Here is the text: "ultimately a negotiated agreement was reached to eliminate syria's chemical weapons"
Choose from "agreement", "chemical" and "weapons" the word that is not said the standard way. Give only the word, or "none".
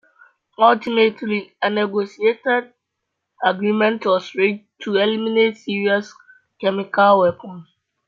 weapons